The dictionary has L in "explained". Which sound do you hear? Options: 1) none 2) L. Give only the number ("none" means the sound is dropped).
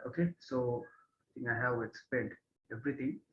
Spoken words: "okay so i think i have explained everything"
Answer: 1